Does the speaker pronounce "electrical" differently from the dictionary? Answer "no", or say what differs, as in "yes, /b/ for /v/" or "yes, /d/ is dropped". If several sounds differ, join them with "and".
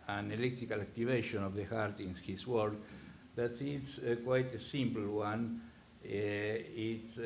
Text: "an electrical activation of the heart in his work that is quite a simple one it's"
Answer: yes, /ɹ/ is dropped